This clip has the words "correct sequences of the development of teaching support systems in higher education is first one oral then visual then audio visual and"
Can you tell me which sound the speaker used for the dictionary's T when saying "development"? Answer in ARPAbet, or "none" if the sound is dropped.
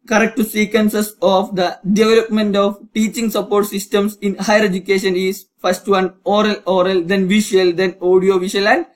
T